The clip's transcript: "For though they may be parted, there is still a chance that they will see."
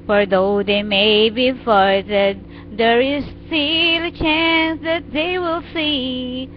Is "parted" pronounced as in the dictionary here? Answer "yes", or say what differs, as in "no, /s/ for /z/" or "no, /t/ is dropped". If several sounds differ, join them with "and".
no, /f/ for /p/